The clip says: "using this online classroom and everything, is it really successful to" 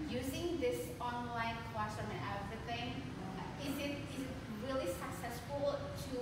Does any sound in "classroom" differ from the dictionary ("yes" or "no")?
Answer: yes